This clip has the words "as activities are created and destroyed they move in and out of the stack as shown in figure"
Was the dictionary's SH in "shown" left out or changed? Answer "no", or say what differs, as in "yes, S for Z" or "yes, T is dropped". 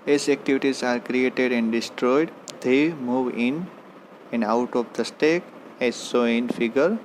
yes, S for SH